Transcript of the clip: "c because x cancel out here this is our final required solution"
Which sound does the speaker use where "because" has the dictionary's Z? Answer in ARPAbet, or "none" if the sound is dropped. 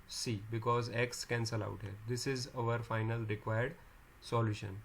Z